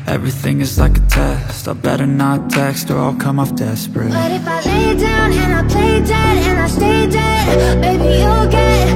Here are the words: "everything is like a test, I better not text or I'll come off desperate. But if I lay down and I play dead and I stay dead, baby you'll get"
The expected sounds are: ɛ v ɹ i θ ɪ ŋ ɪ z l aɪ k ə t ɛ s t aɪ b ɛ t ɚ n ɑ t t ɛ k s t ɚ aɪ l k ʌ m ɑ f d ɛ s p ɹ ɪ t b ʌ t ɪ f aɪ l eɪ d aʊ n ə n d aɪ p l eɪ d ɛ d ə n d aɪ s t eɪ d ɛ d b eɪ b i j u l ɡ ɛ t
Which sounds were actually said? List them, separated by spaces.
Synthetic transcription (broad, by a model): ɛ v ɹ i θ ɪ ŋ ɪ z l aɪ k ə t ɛ s t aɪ b ɛ t ɚ n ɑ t t ɛ k s t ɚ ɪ l k ʌ m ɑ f d ɛ s p ɹ ɪ t b ʌ t ɪ f aɪ l eɪ d aʊ n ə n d aɪ p l eɪ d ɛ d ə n aɪ s t eɪ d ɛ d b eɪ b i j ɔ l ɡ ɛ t